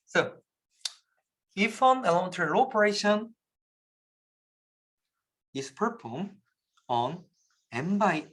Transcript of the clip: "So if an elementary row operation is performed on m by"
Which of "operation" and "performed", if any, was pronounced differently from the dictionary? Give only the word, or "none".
performed